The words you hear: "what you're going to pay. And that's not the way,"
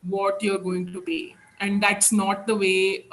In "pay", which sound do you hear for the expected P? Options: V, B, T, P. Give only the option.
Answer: B